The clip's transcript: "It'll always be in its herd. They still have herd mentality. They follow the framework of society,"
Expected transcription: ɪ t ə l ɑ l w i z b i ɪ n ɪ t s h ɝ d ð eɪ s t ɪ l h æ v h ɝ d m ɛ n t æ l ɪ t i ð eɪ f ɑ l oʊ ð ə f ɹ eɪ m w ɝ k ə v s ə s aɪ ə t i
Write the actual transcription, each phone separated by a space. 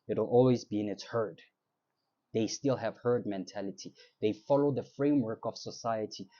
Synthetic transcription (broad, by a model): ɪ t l ɑ l w i z b i ɪ n ɪ t s h ɝ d ð eɪ s t ɪ l h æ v h ɝ d m ɛ n t æ l ɪ t i ð eɪ f ɑ l oʊ ð ə f ɹ eɪ m w ɝ k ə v s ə s aɪ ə t i